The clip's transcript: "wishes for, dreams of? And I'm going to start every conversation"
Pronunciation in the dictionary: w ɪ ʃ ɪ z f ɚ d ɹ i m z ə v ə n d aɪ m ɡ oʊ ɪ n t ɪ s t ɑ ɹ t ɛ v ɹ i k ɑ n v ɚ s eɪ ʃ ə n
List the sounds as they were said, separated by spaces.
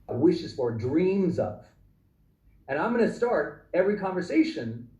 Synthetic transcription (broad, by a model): w ɪ ʃ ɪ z f ɚ d ɹ i m z ə v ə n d aɪ m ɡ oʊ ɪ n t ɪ s t ɑ ɹ t ɛ v ɹ i k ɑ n v ɚ s eɪ ʃ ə n